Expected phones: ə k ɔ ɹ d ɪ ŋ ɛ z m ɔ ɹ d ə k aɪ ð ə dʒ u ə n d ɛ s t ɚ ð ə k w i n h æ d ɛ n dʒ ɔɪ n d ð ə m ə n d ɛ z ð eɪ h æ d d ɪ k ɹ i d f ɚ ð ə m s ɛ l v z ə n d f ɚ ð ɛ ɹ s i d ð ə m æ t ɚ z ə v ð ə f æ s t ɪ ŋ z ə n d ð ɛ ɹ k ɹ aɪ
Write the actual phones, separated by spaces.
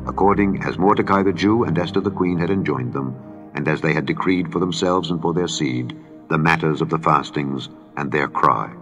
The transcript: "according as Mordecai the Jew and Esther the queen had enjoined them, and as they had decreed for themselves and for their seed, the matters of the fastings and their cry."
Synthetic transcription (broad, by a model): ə k ɔ ɹ d ɪ ŋ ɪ z m ɔ ɹ d ə k aɪ ð ə dʒ u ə n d ɛ s t ɚ ð ə k w i n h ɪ d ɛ n dʒ ɔɪ n ð ə m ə n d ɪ z ð eɪ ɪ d d ɪ k ɹ i d f ɚ ð ə m s ɛ l v z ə n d f ɚ ð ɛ ɹ s i d ð ə m æ t ɚ z ə v ð ə f æ s t ɪ ŋ z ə n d ð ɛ ɹ k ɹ aɪ